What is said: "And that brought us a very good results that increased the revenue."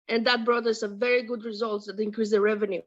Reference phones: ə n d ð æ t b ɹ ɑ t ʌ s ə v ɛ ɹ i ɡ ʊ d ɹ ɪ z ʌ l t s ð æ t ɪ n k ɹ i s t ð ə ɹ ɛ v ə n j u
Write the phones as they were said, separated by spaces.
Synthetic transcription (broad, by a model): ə n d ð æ t b ɹ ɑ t ʌ s ə v ɛ ɹ i ɡ ʊ d ɹ ɪ z ʌ l t s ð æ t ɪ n k ɹ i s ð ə ɹ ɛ v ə n j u